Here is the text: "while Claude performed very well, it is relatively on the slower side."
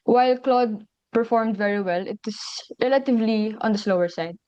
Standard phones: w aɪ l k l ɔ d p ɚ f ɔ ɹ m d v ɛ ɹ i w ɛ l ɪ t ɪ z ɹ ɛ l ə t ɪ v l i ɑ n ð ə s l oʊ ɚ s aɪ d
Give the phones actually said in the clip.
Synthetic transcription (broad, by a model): w aɪ l k l ɔ d p ɚ f ɔ ɹ m d v ɛ ɹ i w ɛ l ɪ t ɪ s ɹ ɛ l ə t ɪ v l i ɑ n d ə s l oʊ ɚ s aɪ d